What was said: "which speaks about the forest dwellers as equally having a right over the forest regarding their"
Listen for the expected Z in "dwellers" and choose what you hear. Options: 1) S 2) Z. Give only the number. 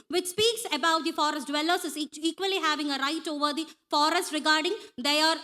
1